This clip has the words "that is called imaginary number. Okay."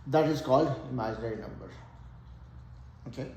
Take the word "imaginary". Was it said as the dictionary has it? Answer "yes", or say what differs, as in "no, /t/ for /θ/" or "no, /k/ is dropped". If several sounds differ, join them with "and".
no, /dʒ/ is dropped